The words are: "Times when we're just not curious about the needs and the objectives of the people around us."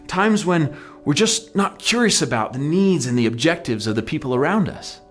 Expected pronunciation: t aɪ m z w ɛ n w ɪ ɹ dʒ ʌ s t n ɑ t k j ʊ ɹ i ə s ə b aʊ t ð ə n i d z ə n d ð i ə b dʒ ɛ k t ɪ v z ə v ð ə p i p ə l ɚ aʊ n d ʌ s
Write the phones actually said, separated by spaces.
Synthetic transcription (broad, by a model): t aɪ m z w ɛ n w ɪ ɹ dʒ ʌ s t n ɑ t k j ʊ ɹ i ə s ə b aʊ t ð ə n i d z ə n ð i ə b dʒ ɛ k t ɪ v z ə v ð ə p i p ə l ɚ aʊ n d ʌ s